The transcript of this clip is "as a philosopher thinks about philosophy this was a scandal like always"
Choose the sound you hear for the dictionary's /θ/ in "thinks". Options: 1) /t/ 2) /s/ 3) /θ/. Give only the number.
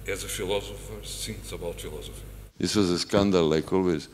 2